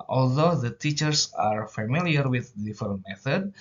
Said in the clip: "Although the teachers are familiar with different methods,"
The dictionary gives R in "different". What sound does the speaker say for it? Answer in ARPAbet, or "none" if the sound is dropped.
none